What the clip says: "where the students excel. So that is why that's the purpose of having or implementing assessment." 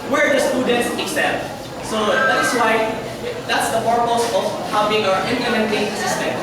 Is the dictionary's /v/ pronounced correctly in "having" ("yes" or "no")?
no